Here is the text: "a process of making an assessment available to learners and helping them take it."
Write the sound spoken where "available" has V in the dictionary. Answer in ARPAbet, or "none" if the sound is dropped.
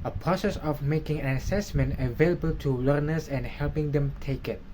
V